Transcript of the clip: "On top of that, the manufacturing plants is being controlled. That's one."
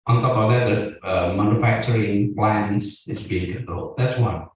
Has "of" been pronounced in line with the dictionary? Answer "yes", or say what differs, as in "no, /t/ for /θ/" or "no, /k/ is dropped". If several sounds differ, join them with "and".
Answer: no, /b/ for /v/